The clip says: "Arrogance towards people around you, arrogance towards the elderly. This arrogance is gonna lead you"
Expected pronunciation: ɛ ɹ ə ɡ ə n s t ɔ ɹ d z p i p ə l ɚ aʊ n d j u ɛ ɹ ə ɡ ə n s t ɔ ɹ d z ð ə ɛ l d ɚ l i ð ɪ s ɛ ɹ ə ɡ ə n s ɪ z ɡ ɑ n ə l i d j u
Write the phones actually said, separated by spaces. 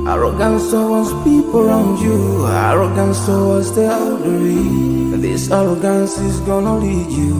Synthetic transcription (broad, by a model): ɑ ɹ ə ɡ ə n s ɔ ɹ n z p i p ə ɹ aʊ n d j u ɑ ɹ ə ɡ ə n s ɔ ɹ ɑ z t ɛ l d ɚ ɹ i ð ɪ s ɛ ɹ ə ɡ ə n s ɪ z ɡ ɑ n ə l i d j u